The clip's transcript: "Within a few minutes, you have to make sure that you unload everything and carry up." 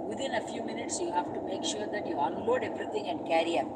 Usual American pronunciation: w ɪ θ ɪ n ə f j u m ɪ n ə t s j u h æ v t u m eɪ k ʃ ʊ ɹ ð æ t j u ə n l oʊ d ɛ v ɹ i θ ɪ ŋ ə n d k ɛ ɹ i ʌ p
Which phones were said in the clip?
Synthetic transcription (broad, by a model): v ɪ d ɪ n ə f j u m ɪ n ə t s j u h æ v t u m eɪ k ʃ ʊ ɹ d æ t j u ə n l oʊ d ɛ v ɹ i t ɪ ŋ ə n d k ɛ ɹ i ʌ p